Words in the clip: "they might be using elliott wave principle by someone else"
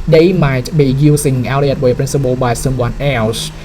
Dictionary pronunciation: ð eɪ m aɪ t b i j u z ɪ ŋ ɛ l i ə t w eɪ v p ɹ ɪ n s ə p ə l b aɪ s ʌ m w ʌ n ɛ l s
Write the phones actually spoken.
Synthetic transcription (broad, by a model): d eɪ m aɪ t b i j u s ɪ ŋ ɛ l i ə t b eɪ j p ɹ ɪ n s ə b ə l b aɪ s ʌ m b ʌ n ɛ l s